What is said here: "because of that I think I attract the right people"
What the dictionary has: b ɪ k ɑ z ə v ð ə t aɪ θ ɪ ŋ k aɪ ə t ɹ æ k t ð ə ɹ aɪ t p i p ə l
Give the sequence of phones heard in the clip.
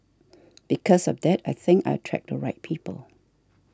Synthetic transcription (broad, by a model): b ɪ k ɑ s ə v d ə t aɪ θ ɪ ŋ k aɪ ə t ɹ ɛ k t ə ɹ aɪ t p i p ə l